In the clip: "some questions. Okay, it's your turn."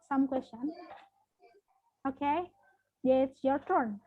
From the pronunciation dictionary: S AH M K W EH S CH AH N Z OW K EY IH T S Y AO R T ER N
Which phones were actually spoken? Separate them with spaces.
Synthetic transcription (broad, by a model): S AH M K W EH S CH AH N OW K EY IH T S Y AO R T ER N